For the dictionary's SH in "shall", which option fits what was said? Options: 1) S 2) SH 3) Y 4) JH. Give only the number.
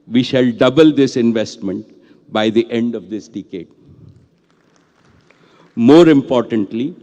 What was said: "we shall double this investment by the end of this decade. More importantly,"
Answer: 2